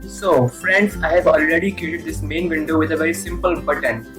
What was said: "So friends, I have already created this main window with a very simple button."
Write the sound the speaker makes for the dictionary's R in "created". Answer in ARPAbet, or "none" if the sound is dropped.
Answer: none